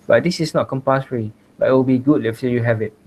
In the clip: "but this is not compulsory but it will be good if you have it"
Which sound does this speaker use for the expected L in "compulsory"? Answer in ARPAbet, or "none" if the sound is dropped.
none